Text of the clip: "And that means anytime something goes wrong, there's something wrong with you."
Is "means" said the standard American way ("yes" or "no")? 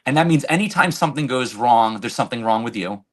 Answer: yes